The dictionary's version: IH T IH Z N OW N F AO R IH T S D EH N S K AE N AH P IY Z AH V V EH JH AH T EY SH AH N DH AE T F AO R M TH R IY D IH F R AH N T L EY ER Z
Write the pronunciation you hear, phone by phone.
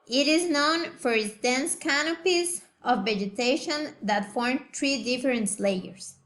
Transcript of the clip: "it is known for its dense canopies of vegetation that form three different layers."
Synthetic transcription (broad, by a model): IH T IH Z N OW N F AO R IH T S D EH N S K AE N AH P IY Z AH V V EH JH AH T EY SH AH N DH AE T F AO R M T R IY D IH F R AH N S L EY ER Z